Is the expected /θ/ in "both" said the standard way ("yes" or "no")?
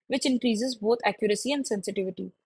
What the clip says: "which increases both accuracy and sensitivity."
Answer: no